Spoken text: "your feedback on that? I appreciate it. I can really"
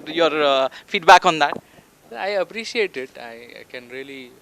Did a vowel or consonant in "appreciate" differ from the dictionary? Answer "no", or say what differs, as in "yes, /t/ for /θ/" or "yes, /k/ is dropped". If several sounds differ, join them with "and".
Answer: yes, /s/ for /ʃ/